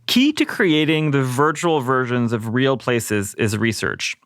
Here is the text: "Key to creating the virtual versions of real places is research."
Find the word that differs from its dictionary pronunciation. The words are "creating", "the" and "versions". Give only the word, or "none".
none